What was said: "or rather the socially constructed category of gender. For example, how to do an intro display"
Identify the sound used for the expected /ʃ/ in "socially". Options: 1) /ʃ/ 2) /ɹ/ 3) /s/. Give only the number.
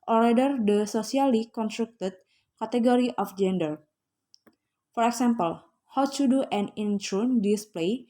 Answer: 3